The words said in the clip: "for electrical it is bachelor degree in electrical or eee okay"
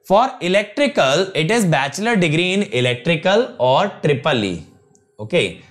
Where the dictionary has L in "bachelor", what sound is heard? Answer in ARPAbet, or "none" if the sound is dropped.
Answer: L